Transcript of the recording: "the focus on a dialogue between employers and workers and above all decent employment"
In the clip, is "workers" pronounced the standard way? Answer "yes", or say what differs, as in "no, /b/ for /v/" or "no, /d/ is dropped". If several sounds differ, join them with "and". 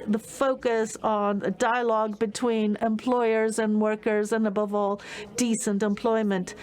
yes